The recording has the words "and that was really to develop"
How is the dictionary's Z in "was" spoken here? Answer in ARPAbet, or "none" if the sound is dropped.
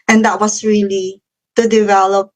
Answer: S